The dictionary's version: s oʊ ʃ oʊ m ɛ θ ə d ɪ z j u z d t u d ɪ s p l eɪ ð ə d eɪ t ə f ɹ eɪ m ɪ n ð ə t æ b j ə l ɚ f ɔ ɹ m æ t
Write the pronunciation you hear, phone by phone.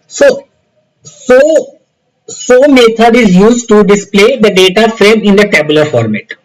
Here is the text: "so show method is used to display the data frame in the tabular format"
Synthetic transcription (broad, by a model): s oʊ s oʊ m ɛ t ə d ɪ z j u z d t u d ɪ s p l eɪ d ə d eɪ t ə f ɹ eɪ m ɪ n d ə t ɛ b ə l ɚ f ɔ ɹ m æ t